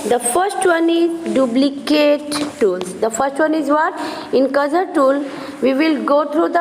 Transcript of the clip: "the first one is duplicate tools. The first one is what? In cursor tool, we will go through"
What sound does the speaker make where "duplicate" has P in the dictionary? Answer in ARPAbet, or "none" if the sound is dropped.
B